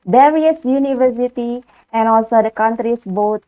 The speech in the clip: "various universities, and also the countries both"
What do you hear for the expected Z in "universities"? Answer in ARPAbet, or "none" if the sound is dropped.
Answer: none